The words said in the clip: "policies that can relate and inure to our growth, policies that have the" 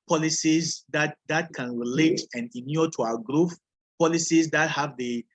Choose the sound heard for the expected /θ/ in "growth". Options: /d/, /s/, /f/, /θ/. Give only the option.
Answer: /f/